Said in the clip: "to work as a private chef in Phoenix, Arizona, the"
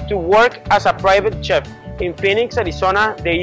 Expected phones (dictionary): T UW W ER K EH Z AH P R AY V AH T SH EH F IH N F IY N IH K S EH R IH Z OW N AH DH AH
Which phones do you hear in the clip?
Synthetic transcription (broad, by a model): T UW W ER K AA S AH P R AY V AH T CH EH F IH N F IY N IH K S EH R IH S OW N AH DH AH